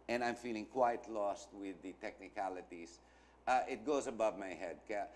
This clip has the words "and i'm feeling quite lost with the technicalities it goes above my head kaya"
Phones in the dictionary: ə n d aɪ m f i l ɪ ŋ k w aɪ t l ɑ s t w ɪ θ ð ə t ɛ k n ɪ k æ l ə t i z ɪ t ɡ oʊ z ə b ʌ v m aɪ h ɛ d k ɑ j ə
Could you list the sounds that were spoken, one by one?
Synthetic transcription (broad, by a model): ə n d aɪ m f i l ɪ ŋ k w aɪ t l ɑ s t w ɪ ð ə t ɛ k n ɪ k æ l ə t i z ɪ t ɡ oʊ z ə b ʌ v m aɪ h ɛ d k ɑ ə